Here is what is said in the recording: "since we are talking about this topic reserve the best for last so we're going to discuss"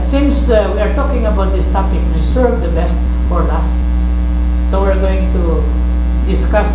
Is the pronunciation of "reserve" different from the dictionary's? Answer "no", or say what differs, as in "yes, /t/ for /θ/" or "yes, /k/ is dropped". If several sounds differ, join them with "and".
yes, /w/ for /ɹ/ and /s/ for /z/